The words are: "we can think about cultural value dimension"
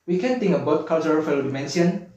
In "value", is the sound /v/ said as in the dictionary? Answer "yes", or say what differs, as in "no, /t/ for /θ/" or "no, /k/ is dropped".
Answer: no, /f/ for /v/